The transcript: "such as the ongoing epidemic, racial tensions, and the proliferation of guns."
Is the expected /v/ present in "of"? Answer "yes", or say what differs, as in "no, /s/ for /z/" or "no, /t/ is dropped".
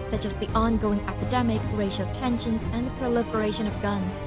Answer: yes